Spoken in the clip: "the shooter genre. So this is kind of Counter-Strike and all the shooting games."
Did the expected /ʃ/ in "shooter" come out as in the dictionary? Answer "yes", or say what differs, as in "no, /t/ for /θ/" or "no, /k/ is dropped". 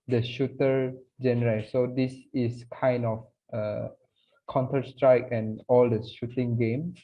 yes